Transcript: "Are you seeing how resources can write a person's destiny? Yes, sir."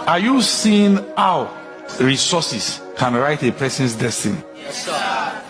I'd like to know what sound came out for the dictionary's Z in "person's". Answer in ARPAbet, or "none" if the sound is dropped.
S